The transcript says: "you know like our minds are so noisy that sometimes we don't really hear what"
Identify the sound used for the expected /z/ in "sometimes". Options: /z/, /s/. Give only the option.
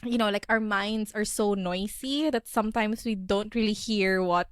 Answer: /s/